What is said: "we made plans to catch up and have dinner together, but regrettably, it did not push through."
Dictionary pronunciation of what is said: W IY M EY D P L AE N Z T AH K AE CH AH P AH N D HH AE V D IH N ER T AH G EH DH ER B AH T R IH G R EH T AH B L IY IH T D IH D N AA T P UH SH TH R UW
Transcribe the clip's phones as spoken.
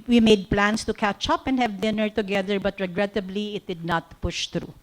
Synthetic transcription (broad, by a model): W IY M EY D P L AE N S T AH K AE CH AH P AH N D HH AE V D IH N ER T AH G EH DH ER B AH T R IH G R EH T AH B L IY IH T D IH D N AA T P UH SH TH R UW